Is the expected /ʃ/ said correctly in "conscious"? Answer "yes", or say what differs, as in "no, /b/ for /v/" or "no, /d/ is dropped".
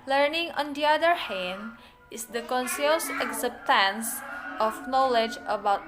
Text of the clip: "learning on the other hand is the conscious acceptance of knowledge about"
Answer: no, /s/ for /ʃ/